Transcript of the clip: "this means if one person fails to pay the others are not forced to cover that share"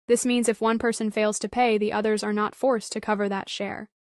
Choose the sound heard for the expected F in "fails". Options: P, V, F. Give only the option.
F